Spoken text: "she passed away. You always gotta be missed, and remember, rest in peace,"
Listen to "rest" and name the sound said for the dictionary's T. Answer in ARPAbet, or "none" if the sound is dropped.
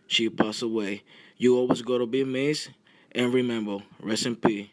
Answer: none